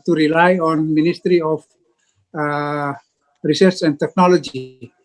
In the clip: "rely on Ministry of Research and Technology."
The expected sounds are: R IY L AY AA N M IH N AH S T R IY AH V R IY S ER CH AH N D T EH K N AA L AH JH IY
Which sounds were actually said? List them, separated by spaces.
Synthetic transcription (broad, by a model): R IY L AY AA N M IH N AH S T R IY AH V R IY S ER S AH N D T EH K N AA L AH JH IY